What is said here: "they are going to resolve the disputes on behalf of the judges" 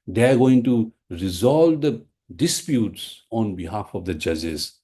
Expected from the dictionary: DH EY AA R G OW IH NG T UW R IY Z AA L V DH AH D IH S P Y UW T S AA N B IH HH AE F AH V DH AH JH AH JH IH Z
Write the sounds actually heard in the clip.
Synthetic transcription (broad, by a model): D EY AA R G OW IH NG T UW R IY Z AA L V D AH D IH S P Y UW T S AA N B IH HH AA F AH V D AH JH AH JH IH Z